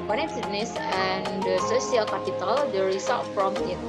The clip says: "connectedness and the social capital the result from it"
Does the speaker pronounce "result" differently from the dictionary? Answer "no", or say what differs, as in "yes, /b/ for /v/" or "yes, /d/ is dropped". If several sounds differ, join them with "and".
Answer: yes, /l/ is dropped